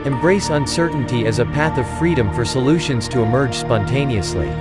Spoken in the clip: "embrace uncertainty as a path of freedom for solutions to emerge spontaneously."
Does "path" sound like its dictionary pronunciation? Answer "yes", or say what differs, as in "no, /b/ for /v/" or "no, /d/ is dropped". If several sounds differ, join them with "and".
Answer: yes